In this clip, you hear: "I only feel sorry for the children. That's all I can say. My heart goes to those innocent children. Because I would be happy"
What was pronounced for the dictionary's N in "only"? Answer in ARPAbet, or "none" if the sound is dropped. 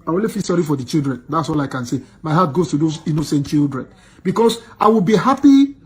none